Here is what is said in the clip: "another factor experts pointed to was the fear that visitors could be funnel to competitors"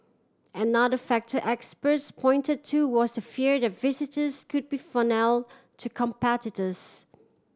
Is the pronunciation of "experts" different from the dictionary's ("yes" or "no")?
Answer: no